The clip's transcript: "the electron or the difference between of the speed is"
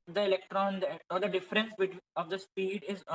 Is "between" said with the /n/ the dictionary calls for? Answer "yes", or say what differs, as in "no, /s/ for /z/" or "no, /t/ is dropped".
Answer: no, /n/ is dropped